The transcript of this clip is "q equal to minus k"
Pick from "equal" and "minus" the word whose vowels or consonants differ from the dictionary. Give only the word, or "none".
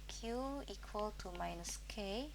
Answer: none